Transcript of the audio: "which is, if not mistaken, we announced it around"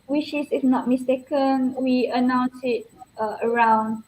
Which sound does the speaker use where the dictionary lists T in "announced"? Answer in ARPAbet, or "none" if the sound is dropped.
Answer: none